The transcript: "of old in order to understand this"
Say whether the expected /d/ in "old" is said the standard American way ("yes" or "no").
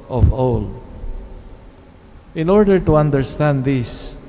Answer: no